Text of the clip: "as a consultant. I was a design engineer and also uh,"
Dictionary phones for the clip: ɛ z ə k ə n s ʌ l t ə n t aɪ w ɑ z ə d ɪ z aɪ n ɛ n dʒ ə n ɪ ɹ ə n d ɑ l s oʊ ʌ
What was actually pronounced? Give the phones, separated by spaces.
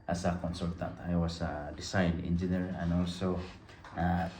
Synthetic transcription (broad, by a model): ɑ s ə k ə n s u l t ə n t aɪ w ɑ s ə d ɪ s aɪ n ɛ n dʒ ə n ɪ ɹ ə n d ɑ l s oʊ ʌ